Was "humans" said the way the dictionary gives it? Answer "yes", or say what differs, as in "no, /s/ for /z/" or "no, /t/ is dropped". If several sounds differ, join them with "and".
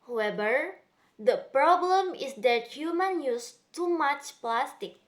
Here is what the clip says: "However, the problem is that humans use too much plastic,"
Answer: no, /z/ is dropped